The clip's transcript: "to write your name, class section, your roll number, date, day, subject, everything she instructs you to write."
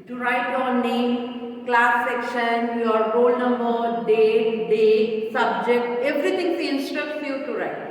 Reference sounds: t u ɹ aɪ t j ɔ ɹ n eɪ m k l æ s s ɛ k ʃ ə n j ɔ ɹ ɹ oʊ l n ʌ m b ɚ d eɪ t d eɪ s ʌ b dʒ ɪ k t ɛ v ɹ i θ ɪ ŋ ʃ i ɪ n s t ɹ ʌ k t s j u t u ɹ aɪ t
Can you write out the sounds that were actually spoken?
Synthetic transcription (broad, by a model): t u ɹ aɪ t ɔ n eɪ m k l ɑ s s ɛ k ʃ ə n j ɔ ɹ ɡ oʊ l n ʌ m b ɚ d eɪ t d eɪ s ʌ b dʒ ɪ k t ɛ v ɹ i t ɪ ŋ s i ɪ n s t ɹ ʌ k t s j u t u ɹ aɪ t